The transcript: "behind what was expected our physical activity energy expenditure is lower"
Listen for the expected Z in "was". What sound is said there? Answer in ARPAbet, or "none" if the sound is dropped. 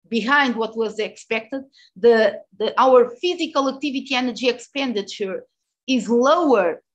Z